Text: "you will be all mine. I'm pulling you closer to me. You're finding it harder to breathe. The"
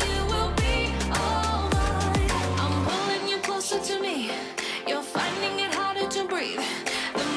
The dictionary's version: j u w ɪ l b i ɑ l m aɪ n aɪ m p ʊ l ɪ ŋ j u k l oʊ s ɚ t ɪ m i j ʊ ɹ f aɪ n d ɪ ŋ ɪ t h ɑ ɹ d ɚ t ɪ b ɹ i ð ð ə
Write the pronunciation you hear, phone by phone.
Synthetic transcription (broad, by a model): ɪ w ɪ l b i ɑ l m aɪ aɪ m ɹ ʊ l ɪ ŋ j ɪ k l oʊ s ɚ t ɪ m i j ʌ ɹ f aɪ n d ɪ ŋ ɪ t h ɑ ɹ d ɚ t ɪ b ɹ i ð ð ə